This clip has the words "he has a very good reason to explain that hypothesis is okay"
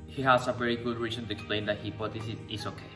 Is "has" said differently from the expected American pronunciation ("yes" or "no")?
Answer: yes